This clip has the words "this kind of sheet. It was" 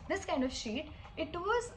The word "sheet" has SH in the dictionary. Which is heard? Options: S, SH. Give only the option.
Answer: SH